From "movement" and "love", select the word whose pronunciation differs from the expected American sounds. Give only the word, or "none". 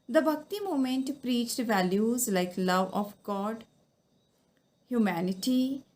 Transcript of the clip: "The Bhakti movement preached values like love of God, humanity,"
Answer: movement